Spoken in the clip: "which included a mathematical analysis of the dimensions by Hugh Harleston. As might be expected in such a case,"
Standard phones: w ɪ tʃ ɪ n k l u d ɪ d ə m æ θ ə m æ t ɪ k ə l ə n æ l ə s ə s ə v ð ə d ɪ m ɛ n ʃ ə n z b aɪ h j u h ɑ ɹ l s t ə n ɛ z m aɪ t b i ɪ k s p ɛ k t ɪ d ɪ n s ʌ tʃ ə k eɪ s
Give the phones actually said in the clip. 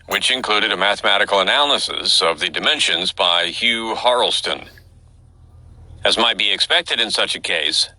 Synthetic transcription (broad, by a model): w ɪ tʃ ɪ n k l u d ɪ d ə m æ θ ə m æ t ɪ k l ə n æ l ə s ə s ə v ð ə d ɪ m ɛ n ʃ ə n z b aɪ h j u h ɑ ɹ l s t ə n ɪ z m aɪ t b i ɪ k s p ɛ k t ɪ d ɪ n s ʌ tʃ ə k eɪ s